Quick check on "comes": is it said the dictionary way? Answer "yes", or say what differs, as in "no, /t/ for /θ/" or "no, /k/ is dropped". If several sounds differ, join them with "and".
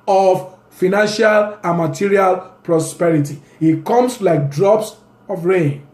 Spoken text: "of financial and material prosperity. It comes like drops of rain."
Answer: no, /s/ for /z/